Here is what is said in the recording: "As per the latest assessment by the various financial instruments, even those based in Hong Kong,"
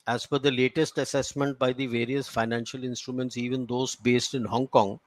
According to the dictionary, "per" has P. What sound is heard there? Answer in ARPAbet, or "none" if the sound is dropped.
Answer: F